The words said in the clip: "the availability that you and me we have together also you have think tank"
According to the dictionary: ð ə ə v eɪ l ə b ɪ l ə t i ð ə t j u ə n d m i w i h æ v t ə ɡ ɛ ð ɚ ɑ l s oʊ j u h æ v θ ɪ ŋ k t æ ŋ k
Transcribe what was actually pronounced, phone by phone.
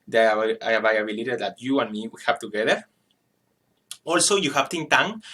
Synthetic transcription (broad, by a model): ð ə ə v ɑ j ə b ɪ l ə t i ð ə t j u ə n m i w i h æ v t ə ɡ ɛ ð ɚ ɑ l s oʊ j u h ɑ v t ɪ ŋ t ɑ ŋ